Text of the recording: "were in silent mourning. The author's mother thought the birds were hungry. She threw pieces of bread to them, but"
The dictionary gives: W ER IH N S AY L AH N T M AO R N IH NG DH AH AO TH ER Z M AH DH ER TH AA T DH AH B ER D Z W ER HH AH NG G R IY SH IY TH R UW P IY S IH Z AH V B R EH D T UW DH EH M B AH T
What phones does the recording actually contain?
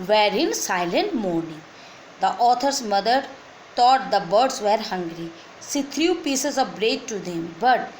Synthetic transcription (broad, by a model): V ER IH N S AY L AH N T M AO R N IH NG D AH AO T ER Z M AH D ER T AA T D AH B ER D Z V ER HH AH NG G R IY S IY T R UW P IY S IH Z AH V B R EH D T UW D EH M B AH T